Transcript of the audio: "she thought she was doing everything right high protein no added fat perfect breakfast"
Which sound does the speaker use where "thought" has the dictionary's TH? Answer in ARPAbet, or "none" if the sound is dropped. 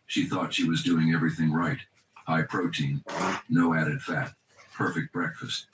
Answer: TH